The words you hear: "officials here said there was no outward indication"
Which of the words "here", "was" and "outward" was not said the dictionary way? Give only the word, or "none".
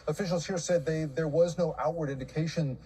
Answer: none